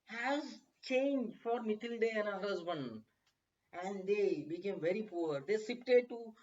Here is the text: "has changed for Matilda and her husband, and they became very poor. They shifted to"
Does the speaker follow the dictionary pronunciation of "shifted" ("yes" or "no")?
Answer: no